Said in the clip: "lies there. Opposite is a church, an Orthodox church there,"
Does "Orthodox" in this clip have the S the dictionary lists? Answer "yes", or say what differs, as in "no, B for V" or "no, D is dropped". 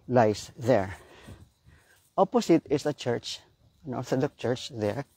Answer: no, S is dropped